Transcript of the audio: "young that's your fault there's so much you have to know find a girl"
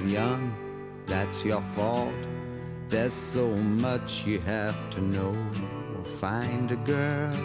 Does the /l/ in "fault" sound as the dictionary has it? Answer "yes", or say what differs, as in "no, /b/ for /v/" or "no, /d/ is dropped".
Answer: yes